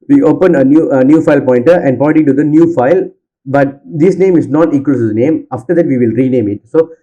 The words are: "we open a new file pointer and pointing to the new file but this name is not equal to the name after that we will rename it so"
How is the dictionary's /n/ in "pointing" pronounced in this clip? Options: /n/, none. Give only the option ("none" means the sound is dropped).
none